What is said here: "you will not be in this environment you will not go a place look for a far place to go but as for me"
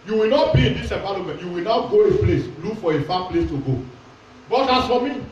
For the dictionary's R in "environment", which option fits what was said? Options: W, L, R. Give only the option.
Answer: L